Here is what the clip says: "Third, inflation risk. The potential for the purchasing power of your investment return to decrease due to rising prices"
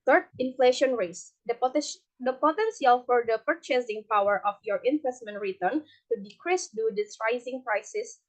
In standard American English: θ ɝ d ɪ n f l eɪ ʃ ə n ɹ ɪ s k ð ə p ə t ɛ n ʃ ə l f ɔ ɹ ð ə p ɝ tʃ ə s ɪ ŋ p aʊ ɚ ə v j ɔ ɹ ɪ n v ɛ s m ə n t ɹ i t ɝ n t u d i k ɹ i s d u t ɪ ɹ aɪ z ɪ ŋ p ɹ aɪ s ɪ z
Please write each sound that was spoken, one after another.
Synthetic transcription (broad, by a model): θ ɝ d ɪ n f l eɪ ʃ ə n ɹ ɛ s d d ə p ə t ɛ n s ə l f ɔ ɹ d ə p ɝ tʃ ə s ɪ ŋ p aʊ ɚ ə f j ɔ ɹ ɪ n v ɛ s m ə n t ɹ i t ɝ n t u d i k ɹ i s d u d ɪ ɹ aɪ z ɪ ŋ p ɹ aɪ s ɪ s